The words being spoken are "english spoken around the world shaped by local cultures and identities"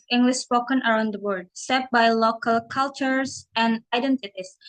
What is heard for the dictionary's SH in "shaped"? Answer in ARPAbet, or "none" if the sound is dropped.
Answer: S